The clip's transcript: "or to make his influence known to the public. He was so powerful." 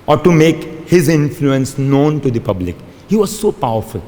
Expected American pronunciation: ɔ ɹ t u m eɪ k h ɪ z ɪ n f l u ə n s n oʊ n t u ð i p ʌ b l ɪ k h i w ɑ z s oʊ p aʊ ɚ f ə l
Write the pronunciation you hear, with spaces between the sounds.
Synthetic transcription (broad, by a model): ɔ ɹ t u m eɪ k h ɪ z ɪ n f l u ə n s n oʊ n t u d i p ʌ b l ɪ k h i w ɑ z s oʊ p aʊ ɚ f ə l